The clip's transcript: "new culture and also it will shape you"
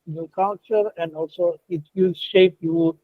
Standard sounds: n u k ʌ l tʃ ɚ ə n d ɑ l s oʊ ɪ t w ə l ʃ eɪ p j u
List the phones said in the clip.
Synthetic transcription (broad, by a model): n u k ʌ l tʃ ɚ ə n d ɑ l s oʊ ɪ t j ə ʃ eɪ p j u